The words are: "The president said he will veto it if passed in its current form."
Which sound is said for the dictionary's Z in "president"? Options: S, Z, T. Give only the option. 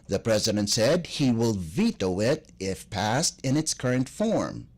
Z